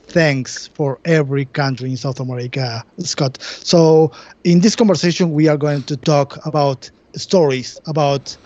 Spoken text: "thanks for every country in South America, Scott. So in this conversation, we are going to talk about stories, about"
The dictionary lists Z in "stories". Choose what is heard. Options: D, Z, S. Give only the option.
S